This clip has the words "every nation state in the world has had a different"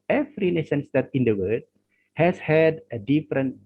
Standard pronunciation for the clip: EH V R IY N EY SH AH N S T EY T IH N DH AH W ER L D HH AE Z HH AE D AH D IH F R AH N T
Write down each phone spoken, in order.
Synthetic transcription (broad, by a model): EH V R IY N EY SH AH N S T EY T IH N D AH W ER D HH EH S HH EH D AH D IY F R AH N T